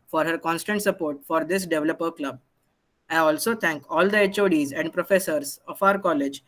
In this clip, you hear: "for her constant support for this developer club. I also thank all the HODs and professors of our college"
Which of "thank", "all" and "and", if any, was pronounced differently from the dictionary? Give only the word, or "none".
thank